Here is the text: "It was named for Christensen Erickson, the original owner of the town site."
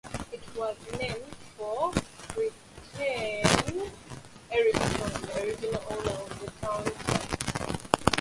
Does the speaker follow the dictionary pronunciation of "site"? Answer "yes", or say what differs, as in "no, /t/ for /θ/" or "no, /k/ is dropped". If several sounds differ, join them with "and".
no, /t/ is dropped